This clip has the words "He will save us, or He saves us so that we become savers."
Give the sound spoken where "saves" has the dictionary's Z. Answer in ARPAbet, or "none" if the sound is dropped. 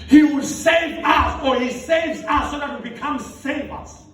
Z